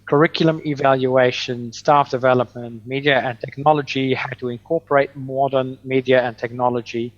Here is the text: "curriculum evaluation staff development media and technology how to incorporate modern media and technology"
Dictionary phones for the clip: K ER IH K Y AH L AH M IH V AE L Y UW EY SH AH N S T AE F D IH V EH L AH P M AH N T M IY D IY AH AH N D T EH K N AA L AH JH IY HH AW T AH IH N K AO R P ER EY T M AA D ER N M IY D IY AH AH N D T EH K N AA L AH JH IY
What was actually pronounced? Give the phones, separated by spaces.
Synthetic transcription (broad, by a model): K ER IH K Y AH L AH M IH V AE L Y UW EY SH AH N S T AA F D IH V EH L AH P M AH N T M IY D IY AH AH N T EH K N AA L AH JH IY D T AH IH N K AO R P ER EY T M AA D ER N M IY D IY AH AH N T EH K N AA L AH JH IY